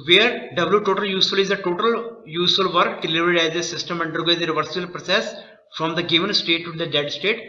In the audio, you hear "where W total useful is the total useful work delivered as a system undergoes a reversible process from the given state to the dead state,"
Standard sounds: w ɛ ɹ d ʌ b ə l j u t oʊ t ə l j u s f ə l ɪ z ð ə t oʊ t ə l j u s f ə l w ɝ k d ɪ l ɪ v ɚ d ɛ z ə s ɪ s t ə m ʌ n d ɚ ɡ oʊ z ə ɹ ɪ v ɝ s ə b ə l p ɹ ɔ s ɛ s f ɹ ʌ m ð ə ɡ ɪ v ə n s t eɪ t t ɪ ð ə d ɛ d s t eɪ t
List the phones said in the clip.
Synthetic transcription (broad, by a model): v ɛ ɹ d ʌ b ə l j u t oʊ t ə l j u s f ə l ɪ z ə t oʊ t ə l j u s f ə l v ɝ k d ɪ l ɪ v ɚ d ɛ z ə s ɪ s t ə m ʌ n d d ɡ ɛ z ə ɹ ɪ v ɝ s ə ə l p ɹ ɔ s ɛ s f ɹ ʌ m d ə ɡ ɪ v ə n s t eɪ t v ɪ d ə d ɛ d s t eɪ t